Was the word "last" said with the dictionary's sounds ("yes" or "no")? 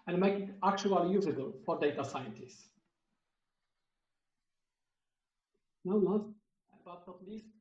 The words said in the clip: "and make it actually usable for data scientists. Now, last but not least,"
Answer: no